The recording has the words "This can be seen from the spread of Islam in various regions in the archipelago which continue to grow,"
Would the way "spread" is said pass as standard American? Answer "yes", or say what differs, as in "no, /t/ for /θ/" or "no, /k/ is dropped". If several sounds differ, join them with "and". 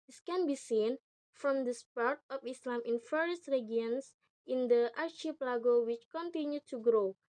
no, /ɹ/ is dropped